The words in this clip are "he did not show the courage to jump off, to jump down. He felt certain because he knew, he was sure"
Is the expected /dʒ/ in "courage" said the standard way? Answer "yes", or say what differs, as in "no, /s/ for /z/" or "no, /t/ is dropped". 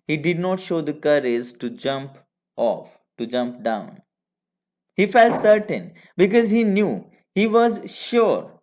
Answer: no, /z/ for /dʒ/